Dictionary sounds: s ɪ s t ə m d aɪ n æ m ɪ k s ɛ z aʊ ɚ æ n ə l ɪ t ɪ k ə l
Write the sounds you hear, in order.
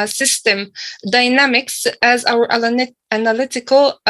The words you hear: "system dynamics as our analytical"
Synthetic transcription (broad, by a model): s ɪ s t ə m d aɪ n æ m ɪ k s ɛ z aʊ ɚ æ n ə l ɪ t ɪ k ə l